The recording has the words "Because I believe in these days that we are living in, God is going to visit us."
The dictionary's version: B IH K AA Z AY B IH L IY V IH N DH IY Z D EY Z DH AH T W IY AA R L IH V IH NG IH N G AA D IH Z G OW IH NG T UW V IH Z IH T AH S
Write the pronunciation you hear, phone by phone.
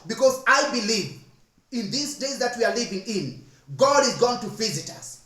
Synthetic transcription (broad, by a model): B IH K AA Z AY B IH L IY V IH N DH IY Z D EY Z DH AH T W IY AA R L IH V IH NG IH N G AA D IH Z G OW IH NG T UW V IH Z IH T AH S